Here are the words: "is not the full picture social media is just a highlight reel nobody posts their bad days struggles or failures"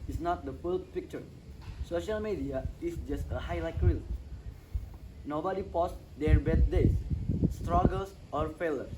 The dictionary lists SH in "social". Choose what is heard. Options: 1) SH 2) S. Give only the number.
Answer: 1